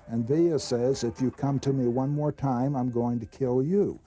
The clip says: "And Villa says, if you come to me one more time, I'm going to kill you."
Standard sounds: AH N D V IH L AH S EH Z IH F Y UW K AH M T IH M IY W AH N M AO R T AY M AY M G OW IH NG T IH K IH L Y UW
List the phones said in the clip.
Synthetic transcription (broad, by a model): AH N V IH AH S EH Z IH F Y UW K AH M T IH M IY W AH N M AO R T AY M AY M G OW IH NG T IH K IH L Y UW